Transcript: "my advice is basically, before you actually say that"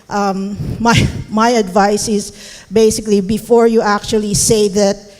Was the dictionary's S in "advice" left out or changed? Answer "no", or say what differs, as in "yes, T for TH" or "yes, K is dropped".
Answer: no